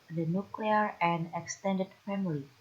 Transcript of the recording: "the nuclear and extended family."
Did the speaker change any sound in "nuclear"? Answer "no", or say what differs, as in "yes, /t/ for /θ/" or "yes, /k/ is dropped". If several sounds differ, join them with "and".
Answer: no